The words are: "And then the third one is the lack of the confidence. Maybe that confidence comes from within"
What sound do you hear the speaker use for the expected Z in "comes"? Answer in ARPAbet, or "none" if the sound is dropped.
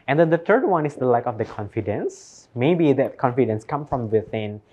none